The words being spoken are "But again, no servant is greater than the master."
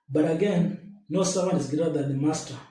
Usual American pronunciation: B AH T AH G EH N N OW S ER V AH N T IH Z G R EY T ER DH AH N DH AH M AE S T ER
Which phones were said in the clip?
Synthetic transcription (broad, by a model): B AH T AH G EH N N OW S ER W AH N IH Z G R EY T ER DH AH N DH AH M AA S T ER